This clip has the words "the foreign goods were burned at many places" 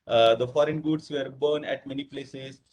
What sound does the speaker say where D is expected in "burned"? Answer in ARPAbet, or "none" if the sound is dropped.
none